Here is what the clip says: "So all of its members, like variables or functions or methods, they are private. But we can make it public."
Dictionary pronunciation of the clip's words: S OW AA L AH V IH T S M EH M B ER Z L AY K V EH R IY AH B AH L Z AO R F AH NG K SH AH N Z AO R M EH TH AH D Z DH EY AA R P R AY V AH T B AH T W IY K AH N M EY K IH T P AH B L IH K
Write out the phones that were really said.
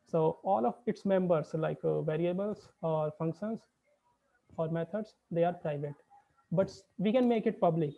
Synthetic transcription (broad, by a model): S OW AA L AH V IH T S M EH M B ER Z L AY K V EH R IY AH B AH L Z AO R F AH NG K SH AH N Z AO R M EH T AH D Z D EY AA R P R AY V AH T B AH T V IY K AH N M EY K IH T P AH B L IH K